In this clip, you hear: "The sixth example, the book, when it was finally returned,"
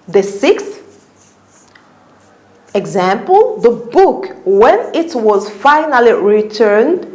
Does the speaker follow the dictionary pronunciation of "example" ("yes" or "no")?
yes